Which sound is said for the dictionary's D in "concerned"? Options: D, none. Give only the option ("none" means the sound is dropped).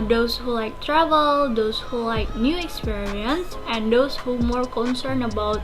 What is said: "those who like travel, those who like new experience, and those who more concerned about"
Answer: none